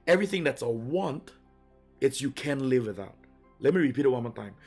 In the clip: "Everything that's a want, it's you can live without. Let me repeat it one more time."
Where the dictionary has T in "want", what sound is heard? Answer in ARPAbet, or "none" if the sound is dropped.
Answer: T